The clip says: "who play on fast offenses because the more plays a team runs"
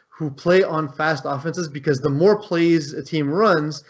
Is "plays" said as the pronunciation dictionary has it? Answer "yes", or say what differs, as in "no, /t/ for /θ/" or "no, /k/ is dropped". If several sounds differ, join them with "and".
yes